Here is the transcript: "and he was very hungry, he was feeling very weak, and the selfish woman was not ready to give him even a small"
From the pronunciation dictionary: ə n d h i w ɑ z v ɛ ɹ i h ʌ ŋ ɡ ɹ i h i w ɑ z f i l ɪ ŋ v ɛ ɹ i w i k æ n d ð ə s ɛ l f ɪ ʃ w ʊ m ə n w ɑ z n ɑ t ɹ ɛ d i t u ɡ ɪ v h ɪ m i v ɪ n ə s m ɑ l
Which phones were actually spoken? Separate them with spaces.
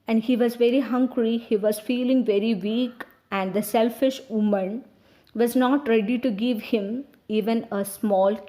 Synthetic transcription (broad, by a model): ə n d h i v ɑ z v ɛ ɹ i h ʌ ŋ ɡ ɹ i h i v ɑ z f i l ɪ ŋ v ɛ ɹ i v i k æ n d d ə s ɛ l f ɪ ʃ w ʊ m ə n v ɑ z n ɑ t ɹ ɛ d i t u ɡ ɪ v h ɪ m i v ɪ n ə s m ɑ l